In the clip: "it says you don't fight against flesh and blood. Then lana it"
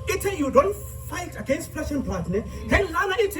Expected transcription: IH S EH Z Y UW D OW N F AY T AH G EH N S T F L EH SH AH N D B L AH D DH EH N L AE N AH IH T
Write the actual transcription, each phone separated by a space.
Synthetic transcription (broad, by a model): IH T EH Y UW D OW N F AY T AH G EH N S T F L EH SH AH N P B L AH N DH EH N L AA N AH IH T